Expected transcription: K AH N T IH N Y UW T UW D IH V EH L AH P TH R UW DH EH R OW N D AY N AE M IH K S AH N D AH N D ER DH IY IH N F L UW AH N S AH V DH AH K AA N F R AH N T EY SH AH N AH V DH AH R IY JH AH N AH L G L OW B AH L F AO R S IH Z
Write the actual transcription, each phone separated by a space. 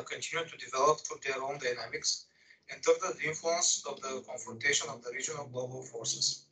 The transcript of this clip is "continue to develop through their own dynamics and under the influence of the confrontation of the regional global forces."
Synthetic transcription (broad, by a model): K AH N T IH N Y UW T UW D IH V EH L AH P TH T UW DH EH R OW N D AY N AE M IH K S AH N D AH D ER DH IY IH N F L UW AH N S AH V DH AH K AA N F R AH N T EY SH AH N AH V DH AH R IY JH AH N AH L G L OW B AH L F AO R S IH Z